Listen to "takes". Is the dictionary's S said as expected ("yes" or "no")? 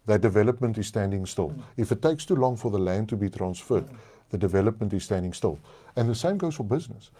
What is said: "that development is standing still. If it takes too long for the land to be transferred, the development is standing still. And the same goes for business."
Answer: yes